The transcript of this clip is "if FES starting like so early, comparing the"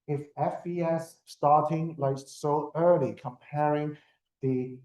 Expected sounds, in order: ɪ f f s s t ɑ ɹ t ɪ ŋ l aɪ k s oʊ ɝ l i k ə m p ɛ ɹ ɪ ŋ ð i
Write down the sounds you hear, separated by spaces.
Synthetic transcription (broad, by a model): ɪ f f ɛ s t ɑ ɹ t ɪ ŋ l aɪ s s oʊ ɝ l i k ə m p ɛ ɹ ɪ ŋ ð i